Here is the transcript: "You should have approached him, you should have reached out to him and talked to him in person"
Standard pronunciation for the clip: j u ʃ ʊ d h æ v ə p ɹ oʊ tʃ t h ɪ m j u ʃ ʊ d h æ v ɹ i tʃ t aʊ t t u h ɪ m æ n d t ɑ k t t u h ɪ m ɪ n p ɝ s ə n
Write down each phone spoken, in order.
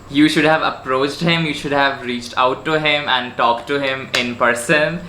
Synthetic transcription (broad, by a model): j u ʃ ʊ d h æ v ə p ɹ oʊ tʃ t h ɪ m j u ʃ ʊ d h æ v ɹ i tʃ t aʊ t t u h ɪ m æ n d t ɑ k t t u h ɪ m ɪ n p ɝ s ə n